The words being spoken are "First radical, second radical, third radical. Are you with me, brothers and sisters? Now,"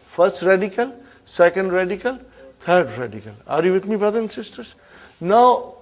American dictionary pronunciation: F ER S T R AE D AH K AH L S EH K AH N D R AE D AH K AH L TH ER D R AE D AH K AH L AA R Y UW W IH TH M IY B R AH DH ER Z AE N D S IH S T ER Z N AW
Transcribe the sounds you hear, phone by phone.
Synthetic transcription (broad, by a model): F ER S T R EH D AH K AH L S EH K AH N D R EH D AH K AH L T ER D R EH D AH K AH L AA R Y UW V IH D M IY B R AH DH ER N S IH S T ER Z N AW